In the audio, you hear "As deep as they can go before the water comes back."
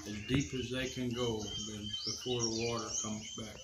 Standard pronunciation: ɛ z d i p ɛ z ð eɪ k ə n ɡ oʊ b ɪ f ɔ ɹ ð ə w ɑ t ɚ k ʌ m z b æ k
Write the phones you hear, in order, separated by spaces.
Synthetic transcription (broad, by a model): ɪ z d i p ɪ z ð eɪ k ə n ɡ oʊ b ɪ f ɔ ɹ ð ə w ɑ t ɚ k ʌ m z b æ k